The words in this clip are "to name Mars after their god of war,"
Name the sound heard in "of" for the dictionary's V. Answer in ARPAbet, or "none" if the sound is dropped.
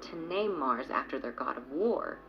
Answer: V